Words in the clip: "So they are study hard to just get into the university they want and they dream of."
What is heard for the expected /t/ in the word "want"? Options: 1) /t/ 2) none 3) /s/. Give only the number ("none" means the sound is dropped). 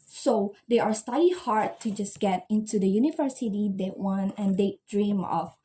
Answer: 2